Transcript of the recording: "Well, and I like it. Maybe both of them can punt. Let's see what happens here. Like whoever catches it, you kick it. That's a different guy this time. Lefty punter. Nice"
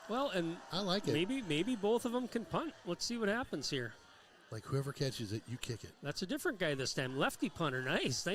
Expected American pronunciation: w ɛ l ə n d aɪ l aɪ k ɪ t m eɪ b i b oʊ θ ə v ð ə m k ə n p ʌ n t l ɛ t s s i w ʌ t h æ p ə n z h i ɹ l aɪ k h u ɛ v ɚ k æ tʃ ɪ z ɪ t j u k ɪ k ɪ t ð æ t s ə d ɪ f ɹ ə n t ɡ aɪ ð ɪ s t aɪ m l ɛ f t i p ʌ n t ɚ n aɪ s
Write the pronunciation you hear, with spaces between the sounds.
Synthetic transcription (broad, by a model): w ɛ l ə n aɪ l aɪ k ɪ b m eɪ b i b oʊ θ ə v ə m k ə n p ʌ n t l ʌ t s s i w ʌ t h æ p ə n z h i ɹ l aɪ k h u ɛ v ɚ k æ tʃ ɪ z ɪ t j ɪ k ɪ k ɪ t ð æ t s ə d ɪ f ɹ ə n ɡ aɪ ð ɪ s t aɪ m l ɛ f t i p ʌ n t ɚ n aɪ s